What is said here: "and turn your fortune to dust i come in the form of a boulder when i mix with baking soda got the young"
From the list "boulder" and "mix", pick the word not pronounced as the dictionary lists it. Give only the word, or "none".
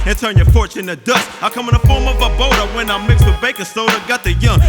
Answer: boulder